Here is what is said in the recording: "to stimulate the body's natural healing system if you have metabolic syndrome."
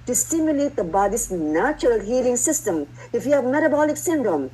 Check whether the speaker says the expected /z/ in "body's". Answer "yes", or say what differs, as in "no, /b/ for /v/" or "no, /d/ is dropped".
no, /s/ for /z/